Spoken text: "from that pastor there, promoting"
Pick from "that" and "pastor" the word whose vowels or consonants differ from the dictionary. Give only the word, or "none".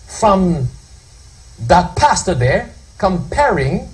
none